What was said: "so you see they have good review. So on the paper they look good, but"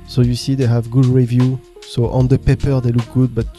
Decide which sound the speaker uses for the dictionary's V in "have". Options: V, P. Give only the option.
V